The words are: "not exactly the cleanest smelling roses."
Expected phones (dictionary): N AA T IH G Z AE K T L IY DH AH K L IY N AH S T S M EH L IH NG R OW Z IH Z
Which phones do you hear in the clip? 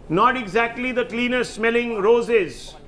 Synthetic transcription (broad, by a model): N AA T IH G Z AE K T L IY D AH K L IY N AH T S M EH L IH NG R OW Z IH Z